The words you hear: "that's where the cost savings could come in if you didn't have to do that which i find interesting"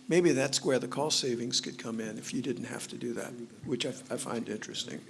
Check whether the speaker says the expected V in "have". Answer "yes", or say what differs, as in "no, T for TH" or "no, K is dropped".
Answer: no, F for V